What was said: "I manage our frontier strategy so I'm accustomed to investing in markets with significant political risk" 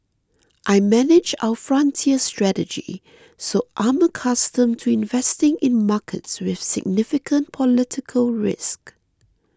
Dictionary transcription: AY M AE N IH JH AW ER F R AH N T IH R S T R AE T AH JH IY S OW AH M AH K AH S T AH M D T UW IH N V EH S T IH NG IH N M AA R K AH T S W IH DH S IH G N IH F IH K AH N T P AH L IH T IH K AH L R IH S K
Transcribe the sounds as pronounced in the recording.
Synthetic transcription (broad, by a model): AY M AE N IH JH AW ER F R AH N T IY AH S T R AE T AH JH IY S OW AH M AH K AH S T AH M T UW IH N V EH S T IH NG IH N M AA K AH T S W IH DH S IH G N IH F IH K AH N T P AH L IH T IH K AH L R IH S K